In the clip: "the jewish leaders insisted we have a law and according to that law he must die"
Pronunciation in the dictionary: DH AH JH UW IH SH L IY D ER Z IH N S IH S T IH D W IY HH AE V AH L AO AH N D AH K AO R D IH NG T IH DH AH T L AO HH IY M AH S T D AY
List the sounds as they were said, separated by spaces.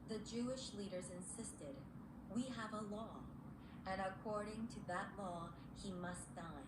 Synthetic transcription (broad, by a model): DH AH JH UW IH SH L IY D ER Z IH N S IH S T IH D W IY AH V AH L AO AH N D AH K AO R D IH NG T IH DH AH T L AO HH IY M AH S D AY